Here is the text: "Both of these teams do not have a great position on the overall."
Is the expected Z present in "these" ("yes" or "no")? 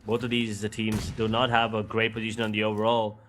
yes